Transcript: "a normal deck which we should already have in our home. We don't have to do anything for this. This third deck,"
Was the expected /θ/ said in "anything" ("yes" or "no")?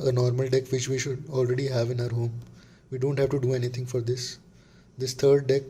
no